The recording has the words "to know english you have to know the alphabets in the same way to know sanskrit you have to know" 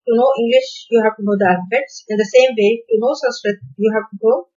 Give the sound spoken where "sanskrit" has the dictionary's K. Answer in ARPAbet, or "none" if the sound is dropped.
none